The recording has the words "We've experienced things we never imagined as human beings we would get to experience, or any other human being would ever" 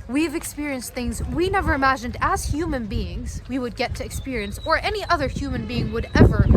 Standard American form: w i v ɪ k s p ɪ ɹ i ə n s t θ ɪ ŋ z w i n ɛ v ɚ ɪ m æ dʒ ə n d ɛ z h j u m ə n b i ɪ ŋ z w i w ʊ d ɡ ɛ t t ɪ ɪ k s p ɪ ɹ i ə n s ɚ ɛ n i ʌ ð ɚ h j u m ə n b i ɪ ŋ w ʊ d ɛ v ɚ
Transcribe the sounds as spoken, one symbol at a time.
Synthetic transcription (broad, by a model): w i v ɪ k s p ɪ ɹ i ə n s t θ ɪ ŋ z w i n ɛ v ɚ ɪ m æ dʒ ə n d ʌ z h j u m ə n b i ɪ ŋ z w i w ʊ d ɡ ɛ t t ɪ ɪ k s p ɪ ɹ i ə n s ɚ ɛ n i ʌ ð ɚ h j u m ə n b i ɪ ŋ w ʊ d ɛ v ɚ